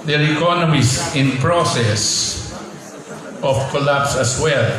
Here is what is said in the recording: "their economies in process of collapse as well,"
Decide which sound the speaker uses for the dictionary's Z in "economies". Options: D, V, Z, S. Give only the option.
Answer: S